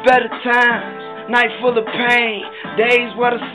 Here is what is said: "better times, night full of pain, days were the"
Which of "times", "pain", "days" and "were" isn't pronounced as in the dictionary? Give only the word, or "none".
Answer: times